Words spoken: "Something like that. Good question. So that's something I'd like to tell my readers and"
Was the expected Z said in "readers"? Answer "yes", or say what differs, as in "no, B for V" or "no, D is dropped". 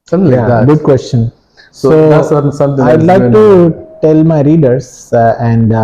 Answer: no, S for Z